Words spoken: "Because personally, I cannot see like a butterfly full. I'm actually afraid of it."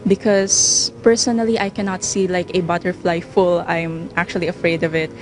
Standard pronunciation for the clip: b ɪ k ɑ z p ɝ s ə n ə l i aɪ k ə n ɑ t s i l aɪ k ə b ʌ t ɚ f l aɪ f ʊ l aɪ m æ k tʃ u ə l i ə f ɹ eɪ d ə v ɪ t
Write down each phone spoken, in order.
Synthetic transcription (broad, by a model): b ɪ k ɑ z p ɝ s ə n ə l i aɪ k ə n ɑ t s i l aɪ k ə b ʌ t ɚ f l aɪ f ʊ l aɪ m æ k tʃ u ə l i ə f ɹ eɪ d ə v ɪ t